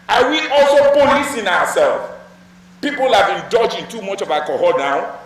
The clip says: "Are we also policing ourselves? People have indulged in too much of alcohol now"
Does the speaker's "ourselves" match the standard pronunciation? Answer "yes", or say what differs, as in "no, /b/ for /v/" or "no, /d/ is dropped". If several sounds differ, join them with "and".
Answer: no, /w/ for /ɹ/